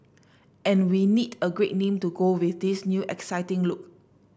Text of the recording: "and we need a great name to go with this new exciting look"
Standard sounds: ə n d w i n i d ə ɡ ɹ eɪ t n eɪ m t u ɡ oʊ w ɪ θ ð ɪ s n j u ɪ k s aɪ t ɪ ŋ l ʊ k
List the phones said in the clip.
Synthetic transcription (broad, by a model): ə n w i n i d ə ɡ ɹ eɪ t n eɪ m t u ɡ oʊ w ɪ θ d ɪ s n j u ɪ k s aɪ t ɪ ŋ l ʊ k